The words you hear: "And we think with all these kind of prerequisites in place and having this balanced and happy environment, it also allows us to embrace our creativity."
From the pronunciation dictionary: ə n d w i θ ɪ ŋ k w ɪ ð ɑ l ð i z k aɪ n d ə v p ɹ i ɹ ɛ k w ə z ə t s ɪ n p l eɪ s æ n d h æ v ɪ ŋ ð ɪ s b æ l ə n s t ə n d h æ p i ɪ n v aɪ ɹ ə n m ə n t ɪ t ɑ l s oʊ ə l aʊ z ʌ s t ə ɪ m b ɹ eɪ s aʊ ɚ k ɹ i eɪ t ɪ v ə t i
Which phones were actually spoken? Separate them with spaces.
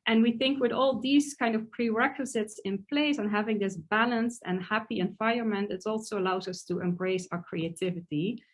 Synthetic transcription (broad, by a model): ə n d w i θ ɪ ŋ k w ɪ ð ɑ l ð i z k aɪ n d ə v p ɹ i ɹ ɛ k w ə z ə t s ɪ n p l eɪ s n h æ v ɪ ŋ ð ɪ s b æ l ə n s t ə n h æ p i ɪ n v aɪ ə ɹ m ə n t ɪ t ɑ l s oʊ ə l aʊ z ʌ s t ə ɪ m b ɹ eɪ s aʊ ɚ k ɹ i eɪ t ɪ v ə t i